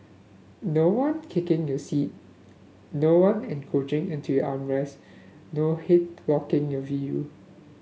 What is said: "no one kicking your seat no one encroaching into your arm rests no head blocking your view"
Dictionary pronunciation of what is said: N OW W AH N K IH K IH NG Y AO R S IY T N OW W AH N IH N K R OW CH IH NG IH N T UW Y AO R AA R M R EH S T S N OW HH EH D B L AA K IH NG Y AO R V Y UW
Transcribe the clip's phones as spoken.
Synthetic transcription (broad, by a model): N OW W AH N K IH K IH NG Y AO S IY T N OW W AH N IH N K OW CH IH NG IH N T UW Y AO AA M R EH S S N OW HH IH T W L AA K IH NG Y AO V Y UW